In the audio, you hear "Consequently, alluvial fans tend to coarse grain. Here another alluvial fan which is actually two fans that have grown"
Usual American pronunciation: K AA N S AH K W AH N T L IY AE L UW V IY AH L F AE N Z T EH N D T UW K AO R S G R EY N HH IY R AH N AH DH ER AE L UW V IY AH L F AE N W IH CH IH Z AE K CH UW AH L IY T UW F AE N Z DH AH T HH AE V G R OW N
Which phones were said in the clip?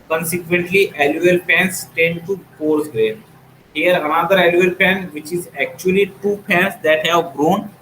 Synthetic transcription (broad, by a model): K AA N S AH K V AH N T L IY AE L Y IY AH L P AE N S T EH N D T UW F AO R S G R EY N HH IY R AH N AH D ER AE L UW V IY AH L P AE N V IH CH IH Z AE K CH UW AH L IY T UW P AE N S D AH T HH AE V G R OW N